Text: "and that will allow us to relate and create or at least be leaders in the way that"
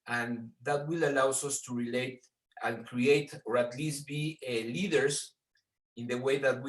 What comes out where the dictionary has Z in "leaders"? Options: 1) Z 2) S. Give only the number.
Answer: 2